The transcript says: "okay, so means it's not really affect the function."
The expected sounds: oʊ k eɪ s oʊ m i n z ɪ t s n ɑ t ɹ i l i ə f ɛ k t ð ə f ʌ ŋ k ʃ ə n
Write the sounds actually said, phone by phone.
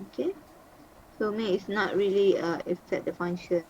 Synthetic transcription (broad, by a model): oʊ k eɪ s oʊ m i ɪ t s n ɑ t ɹ i l i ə ɛ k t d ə f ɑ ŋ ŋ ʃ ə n